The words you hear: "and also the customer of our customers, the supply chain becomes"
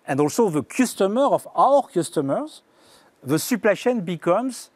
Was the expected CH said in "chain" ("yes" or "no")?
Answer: no